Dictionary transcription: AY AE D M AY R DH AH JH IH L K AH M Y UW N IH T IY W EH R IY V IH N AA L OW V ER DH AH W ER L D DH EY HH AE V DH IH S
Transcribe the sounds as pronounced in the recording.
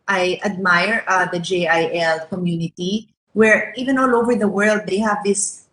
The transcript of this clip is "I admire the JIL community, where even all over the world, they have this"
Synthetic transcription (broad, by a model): AY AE D M AY R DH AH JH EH L K AH M Y UW N IH T IY W EH R IY V IH N AA L OW V ER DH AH W ER L D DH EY HH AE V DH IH S